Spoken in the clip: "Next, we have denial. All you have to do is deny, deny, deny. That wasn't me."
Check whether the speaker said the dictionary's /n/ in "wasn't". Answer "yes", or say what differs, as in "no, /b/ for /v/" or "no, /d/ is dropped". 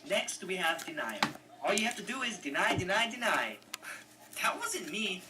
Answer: no, /n/ is dropped